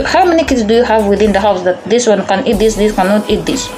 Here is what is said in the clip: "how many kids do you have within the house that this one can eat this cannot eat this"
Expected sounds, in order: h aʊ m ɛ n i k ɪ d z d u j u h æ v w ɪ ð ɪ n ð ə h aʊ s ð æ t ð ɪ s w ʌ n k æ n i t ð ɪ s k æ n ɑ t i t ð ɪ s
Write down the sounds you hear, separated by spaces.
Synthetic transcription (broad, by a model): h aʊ m ɛ n i k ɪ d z d u j u h æ v w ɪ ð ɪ n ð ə h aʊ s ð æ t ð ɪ s w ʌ n k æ n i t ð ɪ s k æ n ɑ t i t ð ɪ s